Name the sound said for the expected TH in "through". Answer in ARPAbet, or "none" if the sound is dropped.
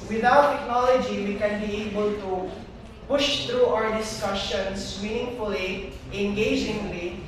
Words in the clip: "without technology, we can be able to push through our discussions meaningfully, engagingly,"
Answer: T